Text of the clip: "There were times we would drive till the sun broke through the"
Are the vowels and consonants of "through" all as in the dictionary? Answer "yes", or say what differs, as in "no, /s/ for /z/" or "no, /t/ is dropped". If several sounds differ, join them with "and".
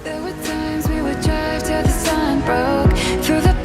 yes